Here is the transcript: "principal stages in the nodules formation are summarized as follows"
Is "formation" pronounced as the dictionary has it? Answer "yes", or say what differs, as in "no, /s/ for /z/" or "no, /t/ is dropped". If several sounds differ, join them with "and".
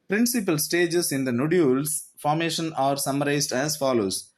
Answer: yes